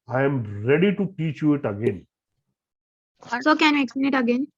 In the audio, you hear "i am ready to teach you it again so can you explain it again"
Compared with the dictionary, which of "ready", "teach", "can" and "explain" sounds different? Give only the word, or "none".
explain